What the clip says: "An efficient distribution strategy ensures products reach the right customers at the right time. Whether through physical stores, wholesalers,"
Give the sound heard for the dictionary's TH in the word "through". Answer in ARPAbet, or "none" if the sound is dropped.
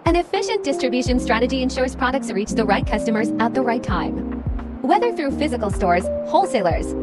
TH